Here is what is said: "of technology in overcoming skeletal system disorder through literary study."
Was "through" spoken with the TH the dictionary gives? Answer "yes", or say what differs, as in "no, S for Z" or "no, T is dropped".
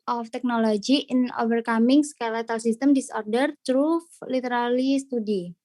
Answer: no, T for TH